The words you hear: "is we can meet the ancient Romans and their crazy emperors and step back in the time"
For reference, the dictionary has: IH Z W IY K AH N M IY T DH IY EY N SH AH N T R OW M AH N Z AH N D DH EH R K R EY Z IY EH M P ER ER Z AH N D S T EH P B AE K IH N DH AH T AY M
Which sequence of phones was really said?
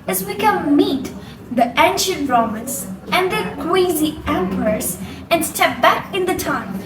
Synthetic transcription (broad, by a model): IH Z W IY K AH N M IY T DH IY EY N SH AH N T R OW M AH N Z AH N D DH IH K W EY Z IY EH M P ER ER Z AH N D S T EH P B AE K IH N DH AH T AY M